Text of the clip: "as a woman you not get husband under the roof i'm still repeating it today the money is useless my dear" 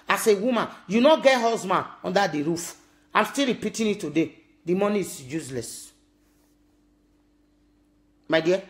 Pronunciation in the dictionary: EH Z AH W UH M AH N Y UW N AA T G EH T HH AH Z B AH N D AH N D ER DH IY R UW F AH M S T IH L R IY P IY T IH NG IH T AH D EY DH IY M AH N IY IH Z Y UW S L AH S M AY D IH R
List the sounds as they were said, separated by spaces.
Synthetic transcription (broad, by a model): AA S AH W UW M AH N Y UW N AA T G EH T HH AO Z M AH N AO N D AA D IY R UW F AH M S T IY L R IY P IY T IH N IH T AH D EY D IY M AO N IY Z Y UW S L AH S M AY D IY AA